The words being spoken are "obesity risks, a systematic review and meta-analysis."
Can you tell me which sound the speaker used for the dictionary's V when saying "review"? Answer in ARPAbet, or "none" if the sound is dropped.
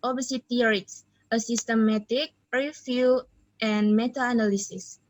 F